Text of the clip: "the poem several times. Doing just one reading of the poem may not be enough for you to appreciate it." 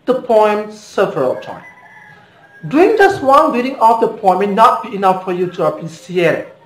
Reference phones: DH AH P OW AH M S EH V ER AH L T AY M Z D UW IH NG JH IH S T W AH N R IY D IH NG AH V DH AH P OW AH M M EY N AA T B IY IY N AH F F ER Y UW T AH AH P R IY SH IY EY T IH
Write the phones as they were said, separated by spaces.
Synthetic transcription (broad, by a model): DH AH P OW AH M S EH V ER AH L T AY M D UW IH NG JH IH S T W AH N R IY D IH NG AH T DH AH P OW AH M M EY N AA T B IY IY N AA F F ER Y UW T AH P IY S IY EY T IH